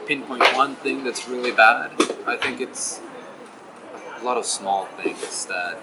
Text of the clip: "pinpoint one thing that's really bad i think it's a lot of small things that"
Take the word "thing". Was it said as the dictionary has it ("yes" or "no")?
yes